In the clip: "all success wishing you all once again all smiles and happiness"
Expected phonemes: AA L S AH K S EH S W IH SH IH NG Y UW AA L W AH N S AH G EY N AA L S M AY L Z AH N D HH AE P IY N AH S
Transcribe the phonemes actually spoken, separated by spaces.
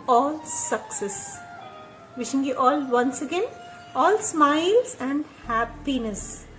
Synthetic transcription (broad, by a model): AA L S AH K S EH S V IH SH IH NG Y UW AA L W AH N S AH G EY N AA L S M AY L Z AH N D HH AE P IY N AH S